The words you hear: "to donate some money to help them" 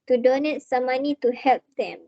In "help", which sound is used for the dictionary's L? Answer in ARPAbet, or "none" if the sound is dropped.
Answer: L